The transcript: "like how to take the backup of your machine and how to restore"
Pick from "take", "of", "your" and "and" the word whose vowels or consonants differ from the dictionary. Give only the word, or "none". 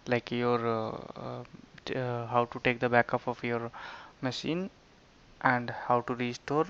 of